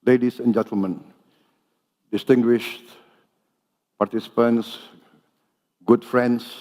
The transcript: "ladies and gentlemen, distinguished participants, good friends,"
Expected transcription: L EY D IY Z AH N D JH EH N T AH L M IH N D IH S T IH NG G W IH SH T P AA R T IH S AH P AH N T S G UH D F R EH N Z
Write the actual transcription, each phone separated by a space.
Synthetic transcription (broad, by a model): L EY D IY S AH N JH EH N T AH L M IH N D IH S T IH NG G W IH SH T P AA R T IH S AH P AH N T S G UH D F R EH N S